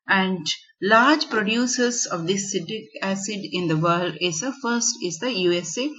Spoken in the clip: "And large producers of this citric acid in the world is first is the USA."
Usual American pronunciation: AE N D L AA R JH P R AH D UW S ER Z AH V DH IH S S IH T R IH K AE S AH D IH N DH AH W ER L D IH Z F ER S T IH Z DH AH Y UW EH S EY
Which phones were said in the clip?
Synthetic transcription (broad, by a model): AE N D L AA R JH P R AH D UW S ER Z AH V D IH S S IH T IH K AE S AH D IH N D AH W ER L D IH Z F ER S T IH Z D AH Y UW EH S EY